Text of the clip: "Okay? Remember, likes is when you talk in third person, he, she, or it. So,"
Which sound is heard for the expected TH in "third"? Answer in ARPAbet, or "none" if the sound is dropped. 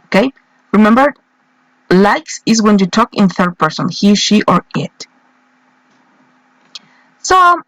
TH